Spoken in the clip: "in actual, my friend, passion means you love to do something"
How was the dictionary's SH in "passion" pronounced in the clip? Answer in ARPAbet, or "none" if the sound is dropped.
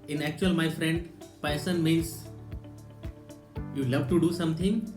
S